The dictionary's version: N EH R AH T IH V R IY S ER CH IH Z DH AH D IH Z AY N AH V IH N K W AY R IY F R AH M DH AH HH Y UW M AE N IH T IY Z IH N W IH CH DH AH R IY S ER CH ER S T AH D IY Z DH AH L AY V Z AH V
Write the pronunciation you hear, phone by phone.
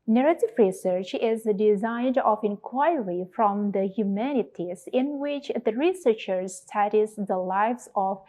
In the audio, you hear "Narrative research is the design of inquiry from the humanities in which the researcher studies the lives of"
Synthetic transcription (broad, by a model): N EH R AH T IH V R IY S ER CH IH Z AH D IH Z AY N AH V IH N K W AY R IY F R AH M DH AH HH Y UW M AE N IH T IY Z IH N W IH CH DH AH R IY S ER CH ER S T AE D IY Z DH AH L AY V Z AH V